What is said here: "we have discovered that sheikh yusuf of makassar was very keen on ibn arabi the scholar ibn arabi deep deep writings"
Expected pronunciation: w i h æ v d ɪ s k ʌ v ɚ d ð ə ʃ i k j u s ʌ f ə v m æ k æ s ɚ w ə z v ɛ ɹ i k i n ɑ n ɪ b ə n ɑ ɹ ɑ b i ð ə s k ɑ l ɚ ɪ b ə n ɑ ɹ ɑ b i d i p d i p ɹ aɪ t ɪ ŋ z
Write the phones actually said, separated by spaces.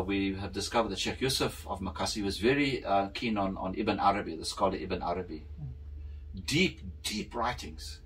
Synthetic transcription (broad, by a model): w i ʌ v d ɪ s k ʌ v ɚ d ð ə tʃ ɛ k j u s ʌ f ə v m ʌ k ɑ s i w ə z v ɛ ɹ i k i n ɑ n ɪ b ə n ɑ ɹ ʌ b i ð ə s k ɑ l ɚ ɪ b ə n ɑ ɹ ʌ b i d i p d i p ɹ aɪ t ɪ ŋ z